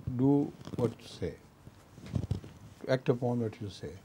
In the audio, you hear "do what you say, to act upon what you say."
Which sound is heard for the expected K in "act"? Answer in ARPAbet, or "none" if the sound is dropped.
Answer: K